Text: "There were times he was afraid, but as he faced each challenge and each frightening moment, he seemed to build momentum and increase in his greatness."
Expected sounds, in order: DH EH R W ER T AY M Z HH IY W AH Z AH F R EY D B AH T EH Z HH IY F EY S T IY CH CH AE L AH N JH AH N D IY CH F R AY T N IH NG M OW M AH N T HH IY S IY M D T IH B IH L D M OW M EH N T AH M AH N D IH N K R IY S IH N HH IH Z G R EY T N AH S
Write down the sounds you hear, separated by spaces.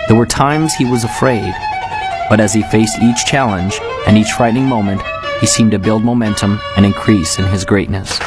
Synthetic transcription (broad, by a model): DH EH R W ER T AY M Z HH IY W AH Z AH F R EY D B AH T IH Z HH IY F EY S T IY CH CH AE L AH N JH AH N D IY CH F R AY T N IH NG M OW M AH N T HH IY S IY M T IH B IH L D M OW M EH N T AH M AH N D IH N K R IY S IH N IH Z G R EY T N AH S